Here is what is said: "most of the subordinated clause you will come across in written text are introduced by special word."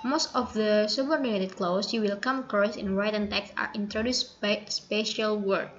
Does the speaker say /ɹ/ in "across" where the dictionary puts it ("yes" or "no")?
no